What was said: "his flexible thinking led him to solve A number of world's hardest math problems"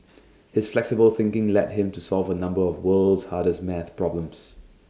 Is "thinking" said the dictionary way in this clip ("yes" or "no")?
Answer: yes